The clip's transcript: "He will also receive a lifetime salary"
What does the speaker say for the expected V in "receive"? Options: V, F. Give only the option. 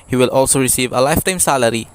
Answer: V